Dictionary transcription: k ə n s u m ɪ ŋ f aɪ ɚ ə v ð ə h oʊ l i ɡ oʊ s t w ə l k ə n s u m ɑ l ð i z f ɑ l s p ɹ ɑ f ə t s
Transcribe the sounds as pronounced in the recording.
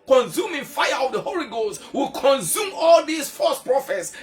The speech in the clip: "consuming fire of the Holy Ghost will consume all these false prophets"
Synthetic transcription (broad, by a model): k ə n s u m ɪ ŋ f aɪ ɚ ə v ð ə h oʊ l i ɡ oʊ s t w ə l k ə n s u m ɑ l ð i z f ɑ s p ɹ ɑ f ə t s